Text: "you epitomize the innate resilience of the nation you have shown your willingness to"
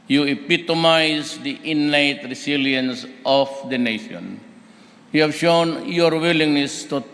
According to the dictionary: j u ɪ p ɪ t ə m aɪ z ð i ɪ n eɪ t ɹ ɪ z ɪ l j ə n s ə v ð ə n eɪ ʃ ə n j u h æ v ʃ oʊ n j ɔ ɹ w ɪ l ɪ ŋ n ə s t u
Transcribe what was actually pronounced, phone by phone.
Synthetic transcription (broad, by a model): j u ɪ p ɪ t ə m aɪ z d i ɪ n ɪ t ɹ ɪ s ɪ l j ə n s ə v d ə n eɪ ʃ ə n j u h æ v ʃ oʊ n j ɔ ɹ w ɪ l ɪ ŋ n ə s t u